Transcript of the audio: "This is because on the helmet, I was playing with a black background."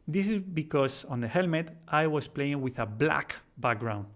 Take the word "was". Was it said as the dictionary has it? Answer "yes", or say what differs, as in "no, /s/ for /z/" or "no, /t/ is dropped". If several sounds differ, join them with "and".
no, /s/ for /z/